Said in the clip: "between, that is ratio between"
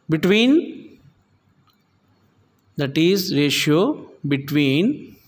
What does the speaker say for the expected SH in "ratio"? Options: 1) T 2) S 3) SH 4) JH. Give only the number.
3